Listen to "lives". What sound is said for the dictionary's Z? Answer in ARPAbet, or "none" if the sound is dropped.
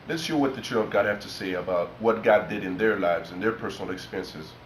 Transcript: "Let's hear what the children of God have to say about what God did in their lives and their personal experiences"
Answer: Z